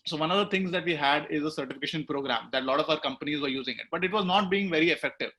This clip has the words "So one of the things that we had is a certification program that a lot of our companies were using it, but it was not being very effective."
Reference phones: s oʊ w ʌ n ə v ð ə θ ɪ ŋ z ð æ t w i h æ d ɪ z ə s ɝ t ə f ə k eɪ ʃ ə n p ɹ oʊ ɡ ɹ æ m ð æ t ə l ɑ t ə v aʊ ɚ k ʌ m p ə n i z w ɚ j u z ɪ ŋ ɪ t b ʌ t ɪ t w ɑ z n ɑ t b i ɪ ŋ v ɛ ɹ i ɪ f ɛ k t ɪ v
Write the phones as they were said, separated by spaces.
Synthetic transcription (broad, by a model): s oʊ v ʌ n ə v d ə t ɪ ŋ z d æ t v i h æ d ɪ z ə s ɝ t ə f ə k eɪ ʃ ə n p ɹ oʊ ɡ ɹ æ m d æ t l ɑ t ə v aʊ ɚ k ʌ m p ə n i z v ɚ j u z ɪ ŋ ɪ t b ʌ t ɪ t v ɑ z n ɑ t b i ɪ ŋ v ɛ ɹ i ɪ f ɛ k t ɪ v